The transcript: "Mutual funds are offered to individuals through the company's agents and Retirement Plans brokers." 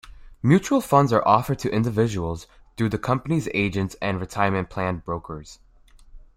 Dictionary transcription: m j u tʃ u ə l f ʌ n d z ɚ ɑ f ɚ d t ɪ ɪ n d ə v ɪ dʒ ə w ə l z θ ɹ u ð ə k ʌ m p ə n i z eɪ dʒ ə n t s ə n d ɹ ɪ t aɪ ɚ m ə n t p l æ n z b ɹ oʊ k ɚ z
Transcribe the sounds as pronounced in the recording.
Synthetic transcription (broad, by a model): m j u tʃ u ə l f ʌ n d z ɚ ɑ f ɚ d t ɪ ɪ n d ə v ɪ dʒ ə w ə l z θ ɹ u ð ə k ʌ m p ə n i z eɪ dʒ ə n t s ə n ɹ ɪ t aɪ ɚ m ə n p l æ n b ɹ oʊ k ɚ z